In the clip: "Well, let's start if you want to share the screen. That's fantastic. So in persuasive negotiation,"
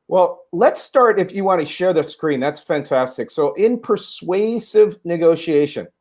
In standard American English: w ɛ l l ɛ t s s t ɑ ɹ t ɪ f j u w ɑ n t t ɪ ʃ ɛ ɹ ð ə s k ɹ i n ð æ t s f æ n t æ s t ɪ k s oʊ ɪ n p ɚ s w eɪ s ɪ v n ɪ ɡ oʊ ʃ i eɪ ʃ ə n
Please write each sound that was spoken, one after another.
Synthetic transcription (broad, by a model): w ɛ l l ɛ t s s t ɑ ɹ t ɪ f j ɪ w ɑ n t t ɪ ʃ ɛ ɹ ð ə s k ɹ i n ð æ t s f æ n t æ s t ɪ k s oʊ ɪ n p ɚ s w eɪ s ɪ v n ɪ ɡ oʊ ʃ i eɪ ʃ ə n